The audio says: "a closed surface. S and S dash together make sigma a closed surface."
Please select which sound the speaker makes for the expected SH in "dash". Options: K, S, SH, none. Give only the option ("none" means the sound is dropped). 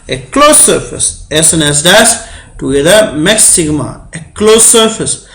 S